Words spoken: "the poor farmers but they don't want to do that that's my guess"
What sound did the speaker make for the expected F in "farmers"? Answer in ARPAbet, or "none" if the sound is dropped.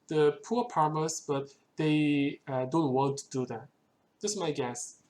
P